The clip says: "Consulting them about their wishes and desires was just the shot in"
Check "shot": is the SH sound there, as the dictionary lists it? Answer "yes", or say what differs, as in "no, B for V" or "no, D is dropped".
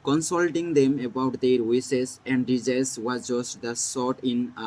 no, S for SH